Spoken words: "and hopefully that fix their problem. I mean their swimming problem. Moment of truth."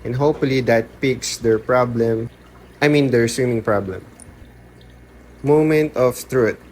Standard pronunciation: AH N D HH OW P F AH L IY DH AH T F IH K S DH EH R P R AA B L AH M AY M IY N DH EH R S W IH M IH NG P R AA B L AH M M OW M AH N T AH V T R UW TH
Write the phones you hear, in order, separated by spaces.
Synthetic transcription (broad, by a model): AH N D HH OW P F AH L IY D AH T P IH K S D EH R P R AA B L AH M AY M IY N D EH R S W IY M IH NG P R AA B L AH M M OW M AH N T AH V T R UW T